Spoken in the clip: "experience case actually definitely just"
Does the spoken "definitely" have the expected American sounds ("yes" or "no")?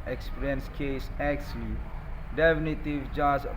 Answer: no